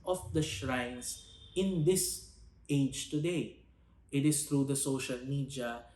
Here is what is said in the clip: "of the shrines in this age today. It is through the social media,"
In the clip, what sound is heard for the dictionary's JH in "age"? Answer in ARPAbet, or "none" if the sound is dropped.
JH